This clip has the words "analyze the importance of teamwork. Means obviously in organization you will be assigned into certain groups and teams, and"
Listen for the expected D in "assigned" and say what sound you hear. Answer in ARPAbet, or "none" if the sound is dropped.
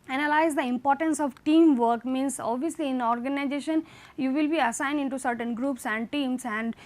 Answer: D